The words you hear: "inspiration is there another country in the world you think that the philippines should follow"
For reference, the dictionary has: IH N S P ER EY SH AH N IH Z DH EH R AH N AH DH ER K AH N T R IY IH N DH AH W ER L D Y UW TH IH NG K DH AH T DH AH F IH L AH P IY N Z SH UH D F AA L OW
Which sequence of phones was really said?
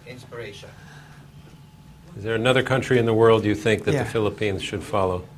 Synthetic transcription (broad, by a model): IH N S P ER EY SH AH N IH Z DH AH R AH N AH DH ER K AH N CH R IY IH N DH AH W ER L D Y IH TH IH NG K DH AH T DH AH F IH L AH P IY N Z SH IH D F AA L OW